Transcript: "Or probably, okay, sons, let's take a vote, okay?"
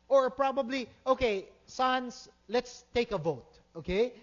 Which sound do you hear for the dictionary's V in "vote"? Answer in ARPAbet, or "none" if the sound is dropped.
V